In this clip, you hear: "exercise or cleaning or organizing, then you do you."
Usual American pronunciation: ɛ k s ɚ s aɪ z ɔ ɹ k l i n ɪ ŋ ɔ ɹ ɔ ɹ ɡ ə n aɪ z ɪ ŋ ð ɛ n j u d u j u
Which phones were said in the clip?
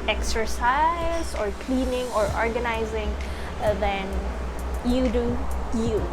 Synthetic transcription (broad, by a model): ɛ k s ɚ s aɪ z ɔ ɹ k l i n ɪ ŋ ɔ ɹ ɔ ɹ ɡ ə n aɪ z ɪ ŋ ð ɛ n j u d u j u